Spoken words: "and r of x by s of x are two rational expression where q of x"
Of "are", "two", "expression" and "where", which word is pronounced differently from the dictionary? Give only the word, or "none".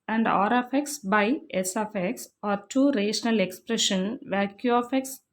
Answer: where